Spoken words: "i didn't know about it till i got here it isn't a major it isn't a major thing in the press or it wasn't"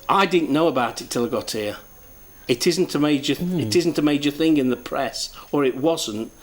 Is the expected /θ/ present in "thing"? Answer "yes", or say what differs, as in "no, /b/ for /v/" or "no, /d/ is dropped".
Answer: yes